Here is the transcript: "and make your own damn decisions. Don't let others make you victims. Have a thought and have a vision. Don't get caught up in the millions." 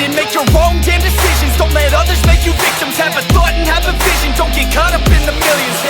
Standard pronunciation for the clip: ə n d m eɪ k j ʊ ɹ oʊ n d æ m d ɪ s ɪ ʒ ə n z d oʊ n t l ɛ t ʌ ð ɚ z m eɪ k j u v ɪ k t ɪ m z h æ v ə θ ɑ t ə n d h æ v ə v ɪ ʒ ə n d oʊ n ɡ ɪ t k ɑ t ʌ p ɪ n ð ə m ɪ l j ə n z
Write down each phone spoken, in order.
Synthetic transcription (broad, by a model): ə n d m eɪ k j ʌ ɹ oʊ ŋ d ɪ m d ɪ s ɪ ʒ ə n z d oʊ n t l ɛ t ʌ ð ɚ z m eɪ k j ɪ v ɪ k t ɪ m z h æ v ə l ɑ ə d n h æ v ə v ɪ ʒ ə n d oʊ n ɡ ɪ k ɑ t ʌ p ɪ n ð ə m ɪ l j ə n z